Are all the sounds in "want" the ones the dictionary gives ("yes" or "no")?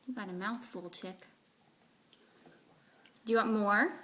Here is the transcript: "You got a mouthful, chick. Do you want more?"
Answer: no